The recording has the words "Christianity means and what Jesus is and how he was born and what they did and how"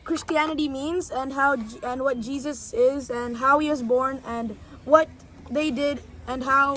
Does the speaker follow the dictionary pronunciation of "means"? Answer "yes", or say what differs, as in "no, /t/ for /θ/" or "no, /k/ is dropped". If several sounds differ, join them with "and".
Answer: yes